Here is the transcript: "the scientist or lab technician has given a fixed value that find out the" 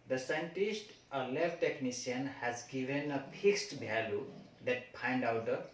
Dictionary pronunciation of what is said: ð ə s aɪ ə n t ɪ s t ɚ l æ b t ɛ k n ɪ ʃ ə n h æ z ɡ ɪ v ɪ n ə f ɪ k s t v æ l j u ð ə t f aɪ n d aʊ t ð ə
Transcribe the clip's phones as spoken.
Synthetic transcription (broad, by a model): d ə s aɪ ə n t ɪ s t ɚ l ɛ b t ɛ k n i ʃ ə n h æ z ɡ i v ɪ n ə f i k s t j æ l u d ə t p aɪ n d aʊ t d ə